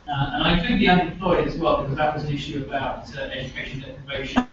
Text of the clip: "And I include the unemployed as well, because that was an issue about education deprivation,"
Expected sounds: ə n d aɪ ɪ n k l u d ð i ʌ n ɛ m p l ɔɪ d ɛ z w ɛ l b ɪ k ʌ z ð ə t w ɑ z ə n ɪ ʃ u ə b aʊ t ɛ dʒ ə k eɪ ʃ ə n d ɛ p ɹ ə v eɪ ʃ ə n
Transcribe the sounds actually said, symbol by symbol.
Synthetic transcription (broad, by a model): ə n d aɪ ɪ k u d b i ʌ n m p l ɔɪ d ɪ z w ɛ l b ɪ k ʌ z ð ə t w ɑ z ə n ɪ ʃ u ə b aʊ t ɛ dʒ ə k eɪ ʃ ə n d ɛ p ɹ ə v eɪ ʃ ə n